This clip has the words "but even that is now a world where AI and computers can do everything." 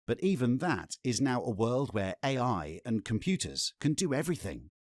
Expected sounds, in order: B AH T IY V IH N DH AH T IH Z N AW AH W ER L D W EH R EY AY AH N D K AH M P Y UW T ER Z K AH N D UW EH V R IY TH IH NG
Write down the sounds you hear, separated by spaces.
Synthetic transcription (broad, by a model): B AH T IY V IH N DH AH T IH Z N AW AH W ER L D W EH R EY AY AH N K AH M P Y UW T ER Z K AH N D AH EH V R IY TH IH NG